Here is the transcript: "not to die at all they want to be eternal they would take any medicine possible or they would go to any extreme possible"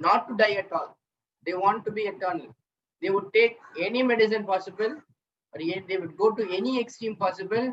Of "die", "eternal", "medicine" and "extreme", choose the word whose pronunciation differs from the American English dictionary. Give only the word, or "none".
none